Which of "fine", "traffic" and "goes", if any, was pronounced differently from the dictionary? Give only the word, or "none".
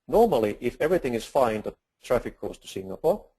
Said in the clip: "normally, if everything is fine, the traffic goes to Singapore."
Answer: goes